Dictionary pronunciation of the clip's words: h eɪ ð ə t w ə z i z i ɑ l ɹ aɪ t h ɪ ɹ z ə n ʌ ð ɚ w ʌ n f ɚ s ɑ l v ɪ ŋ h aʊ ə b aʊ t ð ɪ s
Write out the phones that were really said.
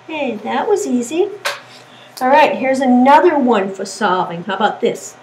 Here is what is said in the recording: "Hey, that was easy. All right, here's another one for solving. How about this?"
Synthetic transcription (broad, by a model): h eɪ ð ə t w ə z i z i ɑ l ɹ aɪ t h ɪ ɹ z ə n ʌ ð ɚ w ʌ n f ɚ s ɑ v ɪ ŋ h aʊ ə b aʊ t ð ɪ s